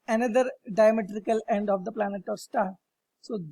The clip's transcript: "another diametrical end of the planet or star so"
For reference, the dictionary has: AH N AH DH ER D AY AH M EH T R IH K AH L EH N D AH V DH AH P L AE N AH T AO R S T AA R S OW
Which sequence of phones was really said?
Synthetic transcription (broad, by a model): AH N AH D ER D AY AH M EH T R IH K AH L EH N D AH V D AH P L AE N AH T AO R S T AA R S OW